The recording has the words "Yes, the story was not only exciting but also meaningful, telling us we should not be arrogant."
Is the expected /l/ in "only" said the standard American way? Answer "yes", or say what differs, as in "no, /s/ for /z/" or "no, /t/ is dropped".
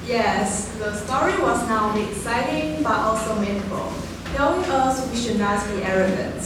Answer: no, /l/ is dropped